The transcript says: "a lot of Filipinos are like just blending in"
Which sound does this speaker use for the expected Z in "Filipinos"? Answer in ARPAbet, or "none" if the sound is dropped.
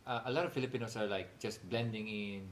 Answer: S